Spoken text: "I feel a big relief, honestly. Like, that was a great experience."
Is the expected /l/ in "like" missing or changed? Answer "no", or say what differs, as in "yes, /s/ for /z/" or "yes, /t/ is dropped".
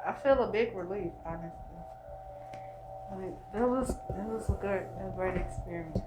yes, /w/ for /l/